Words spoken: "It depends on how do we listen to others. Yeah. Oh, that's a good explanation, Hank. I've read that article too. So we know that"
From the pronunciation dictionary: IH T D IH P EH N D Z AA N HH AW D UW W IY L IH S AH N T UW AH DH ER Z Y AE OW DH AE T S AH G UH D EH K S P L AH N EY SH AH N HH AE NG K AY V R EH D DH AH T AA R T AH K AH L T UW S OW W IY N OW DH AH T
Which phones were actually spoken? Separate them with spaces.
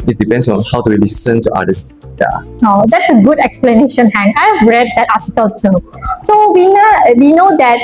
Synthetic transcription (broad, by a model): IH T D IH P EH N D S AA N HH AW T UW W IY L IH S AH N T UW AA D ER S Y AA OW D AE T S AH G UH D EH K S P L AH N EY SH AH N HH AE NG AY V R EH D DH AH T AA T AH K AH L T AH S OW W IY N OW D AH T